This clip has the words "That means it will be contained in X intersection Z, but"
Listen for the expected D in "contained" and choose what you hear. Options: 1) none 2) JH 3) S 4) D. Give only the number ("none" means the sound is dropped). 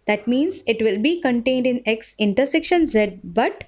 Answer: 4